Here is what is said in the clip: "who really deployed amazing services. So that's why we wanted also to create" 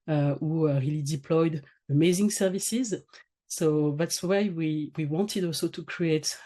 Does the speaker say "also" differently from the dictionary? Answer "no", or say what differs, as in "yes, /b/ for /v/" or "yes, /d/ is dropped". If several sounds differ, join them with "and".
no